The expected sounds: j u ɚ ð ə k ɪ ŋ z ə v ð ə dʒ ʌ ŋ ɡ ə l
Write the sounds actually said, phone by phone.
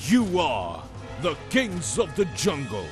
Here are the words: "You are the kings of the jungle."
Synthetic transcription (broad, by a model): j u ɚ ð ə k ɪ ŋ z ə v ð ə dʒ ʌ ŋ ɡ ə l